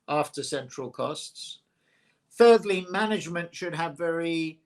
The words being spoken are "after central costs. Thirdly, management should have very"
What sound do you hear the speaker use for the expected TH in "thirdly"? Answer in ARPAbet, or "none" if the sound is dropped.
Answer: TH